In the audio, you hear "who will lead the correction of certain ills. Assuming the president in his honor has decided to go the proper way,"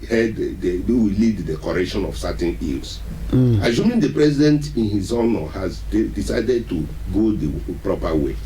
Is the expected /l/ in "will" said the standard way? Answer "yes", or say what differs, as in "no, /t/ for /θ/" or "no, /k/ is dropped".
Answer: no, /w/ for /l/